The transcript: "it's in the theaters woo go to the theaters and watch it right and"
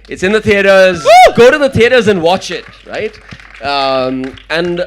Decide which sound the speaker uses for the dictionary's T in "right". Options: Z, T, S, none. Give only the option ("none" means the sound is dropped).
T